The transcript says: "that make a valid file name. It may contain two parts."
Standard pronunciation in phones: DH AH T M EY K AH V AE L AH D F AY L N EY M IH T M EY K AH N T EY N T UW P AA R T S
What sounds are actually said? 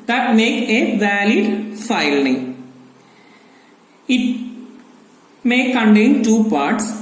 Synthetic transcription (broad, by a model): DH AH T M EY K AH V AE L AH D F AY L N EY IH T M EY K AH N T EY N T UW P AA R T S